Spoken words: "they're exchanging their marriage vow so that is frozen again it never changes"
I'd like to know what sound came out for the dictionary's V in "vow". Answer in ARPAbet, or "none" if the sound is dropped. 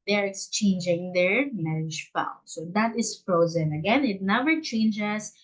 F